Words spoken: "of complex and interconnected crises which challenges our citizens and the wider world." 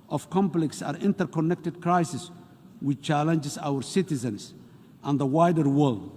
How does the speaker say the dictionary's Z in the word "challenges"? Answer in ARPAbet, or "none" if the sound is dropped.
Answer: S